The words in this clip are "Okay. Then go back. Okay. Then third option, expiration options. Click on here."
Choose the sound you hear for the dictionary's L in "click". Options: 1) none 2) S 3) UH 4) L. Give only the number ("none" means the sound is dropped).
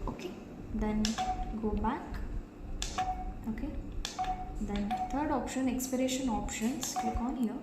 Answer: 1